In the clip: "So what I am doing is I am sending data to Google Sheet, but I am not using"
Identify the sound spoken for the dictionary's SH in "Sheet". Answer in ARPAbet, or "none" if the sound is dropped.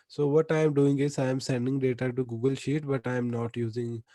SH